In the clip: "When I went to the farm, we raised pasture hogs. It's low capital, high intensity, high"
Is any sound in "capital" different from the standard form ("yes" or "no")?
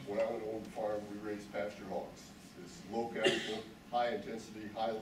yes